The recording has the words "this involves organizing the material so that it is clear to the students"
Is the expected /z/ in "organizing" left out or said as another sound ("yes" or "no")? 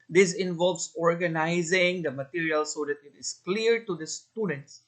no